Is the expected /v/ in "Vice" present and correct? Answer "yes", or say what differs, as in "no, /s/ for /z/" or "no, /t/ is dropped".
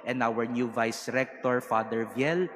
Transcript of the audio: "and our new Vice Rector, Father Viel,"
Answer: yes